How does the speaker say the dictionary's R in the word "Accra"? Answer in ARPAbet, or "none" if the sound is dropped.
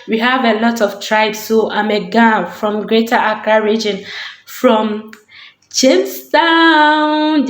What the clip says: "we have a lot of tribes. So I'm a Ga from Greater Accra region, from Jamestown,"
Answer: none